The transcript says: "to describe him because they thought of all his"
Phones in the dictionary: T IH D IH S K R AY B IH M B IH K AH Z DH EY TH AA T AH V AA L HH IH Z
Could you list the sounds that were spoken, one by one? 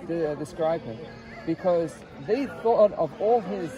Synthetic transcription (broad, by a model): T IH D IH S K R AY B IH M B IH K AH Z DH EY TH AA T AH V AA L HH IH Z